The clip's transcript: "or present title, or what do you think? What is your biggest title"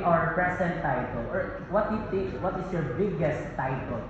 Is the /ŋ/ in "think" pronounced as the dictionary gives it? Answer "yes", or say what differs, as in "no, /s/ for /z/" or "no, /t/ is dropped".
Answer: no, /ŋ/ is dropped